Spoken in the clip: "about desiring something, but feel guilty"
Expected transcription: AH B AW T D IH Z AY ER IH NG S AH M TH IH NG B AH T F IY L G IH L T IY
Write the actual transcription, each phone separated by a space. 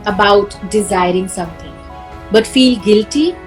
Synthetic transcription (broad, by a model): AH B AW T D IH Z AY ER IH NG S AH M T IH NG B AH T F IY L G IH L T IY